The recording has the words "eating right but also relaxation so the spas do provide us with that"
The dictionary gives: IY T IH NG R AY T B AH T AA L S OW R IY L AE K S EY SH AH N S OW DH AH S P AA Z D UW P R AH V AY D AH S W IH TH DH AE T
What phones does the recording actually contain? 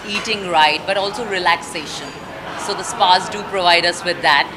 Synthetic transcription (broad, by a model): IY T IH NG R AY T B AH T AA L S OW R IY L AE K S EY SH AH N S OW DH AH S P AA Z D UW P R AH V AY D AH S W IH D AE T